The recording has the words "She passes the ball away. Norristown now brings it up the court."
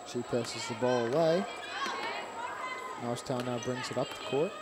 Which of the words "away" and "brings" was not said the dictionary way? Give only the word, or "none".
none